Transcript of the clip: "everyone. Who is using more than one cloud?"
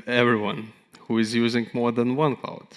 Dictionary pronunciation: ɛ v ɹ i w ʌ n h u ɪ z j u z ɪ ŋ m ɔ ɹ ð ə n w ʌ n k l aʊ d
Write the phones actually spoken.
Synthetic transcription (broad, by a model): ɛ v ɹ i w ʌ n h u ɪ z j u z ɪ ŋ m ɔ ɹ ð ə n w ʌ n k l aʊ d